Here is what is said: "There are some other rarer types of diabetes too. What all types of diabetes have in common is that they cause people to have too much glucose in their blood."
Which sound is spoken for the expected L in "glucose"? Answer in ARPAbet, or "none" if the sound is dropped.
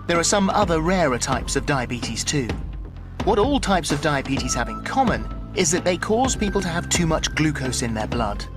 L